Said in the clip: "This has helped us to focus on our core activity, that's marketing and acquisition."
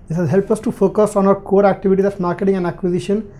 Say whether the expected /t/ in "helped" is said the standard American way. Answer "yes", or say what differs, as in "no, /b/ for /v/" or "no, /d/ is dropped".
no, /t/ is dropped